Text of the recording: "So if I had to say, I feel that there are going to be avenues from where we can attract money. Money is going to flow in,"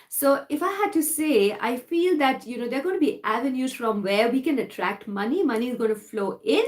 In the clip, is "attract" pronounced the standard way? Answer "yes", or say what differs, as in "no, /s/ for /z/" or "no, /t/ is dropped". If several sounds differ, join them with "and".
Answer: yes